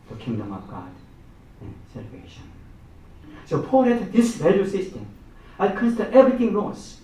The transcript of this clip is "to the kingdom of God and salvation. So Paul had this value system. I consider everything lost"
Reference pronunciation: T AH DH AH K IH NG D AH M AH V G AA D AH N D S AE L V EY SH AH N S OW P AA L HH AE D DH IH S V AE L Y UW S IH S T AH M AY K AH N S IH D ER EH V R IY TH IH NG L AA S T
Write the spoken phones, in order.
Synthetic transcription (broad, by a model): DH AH K IH NG D AH M AH V G AA D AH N S AE L V EY SH AH N S OW P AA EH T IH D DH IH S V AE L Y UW S IH S T AH M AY K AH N S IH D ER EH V R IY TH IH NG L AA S